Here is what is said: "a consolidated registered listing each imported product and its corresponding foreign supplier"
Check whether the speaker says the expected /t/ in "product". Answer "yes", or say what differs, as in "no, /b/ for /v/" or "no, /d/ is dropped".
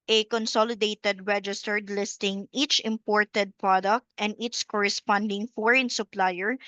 yes